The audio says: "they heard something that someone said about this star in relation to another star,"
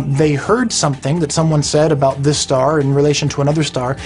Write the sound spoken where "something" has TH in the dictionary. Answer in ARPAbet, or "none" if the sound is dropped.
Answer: TH